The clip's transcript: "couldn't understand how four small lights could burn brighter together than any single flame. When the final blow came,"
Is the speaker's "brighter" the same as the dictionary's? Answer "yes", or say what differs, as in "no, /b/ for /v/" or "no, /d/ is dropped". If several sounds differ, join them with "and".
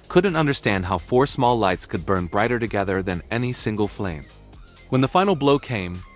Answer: yes